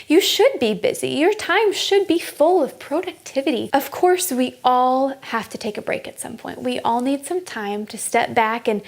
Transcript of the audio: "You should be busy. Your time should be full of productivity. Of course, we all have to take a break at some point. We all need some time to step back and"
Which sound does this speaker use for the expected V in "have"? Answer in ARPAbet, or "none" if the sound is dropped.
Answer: F